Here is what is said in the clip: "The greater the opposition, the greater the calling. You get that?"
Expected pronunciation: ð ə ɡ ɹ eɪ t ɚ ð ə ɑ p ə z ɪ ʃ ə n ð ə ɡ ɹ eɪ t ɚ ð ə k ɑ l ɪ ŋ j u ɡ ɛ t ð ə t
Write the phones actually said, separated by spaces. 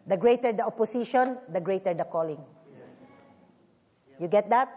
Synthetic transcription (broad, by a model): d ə ɡ ɹ eɪ t ɚ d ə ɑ p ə s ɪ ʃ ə n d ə ɡ ɹ eɪ t ɚ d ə k ɑ l ɪ ŋ j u ɡ ɛ t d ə t